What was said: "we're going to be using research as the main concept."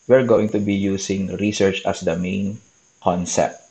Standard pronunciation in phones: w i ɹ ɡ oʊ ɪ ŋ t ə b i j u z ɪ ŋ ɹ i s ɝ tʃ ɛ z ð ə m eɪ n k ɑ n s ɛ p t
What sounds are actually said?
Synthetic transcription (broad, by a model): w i ɹ ɡ oʊ ɪ ŋ t ə b i j u s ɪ ŋ ɹ i s ɝ tʃ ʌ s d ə m eɪ n k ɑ n s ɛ p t